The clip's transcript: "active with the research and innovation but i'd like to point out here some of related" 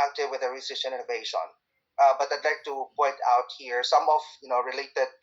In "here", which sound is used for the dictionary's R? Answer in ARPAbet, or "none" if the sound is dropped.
R